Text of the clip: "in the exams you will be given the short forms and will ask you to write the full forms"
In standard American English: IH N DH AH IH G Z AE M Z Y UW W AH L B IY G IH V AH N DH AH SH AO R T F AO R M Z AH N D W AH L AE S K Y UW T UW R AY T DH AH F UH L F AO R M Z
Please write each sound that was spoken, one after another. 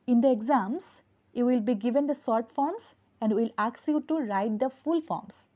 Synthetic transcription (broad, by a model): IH N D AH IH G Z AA M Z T W AH L B IY G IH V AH N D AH S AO R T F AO R M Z AH N D W AH L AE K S Y UW T UW R AY T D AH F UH L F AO R M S